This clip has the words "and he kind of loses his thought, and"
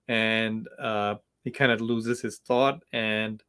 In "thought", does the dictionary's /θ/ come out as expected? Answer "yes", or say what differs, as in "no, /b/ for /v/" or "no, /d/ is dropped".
yes